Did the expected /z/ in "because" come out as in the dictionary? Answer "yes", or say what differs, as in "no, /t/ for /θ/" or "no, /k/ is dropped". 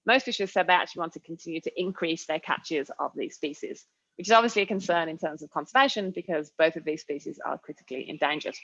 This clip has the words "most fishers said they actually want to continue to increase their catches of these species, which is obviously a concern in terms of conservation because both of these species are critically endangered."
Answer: yes